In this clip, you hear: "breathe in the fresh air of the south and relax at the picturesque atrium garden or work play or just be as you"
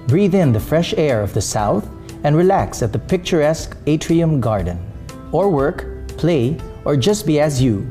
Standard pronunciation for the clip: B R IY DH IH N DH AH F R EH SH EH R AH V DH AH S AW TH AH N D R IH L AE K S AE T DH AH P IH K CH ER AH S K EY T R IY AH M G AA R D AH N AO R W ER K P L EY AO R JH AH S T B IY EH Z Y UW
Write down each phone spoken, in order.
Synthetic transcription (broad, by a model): B R IY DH IH N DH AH F R EH SH EH R AH V DH AH S AW TH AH N R IH L AE K S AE T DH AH P IH K CH ER AH S K EY T R IY AH M G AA R D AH N AO R W ER K P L EY AO R JH AH S T B IY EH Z Y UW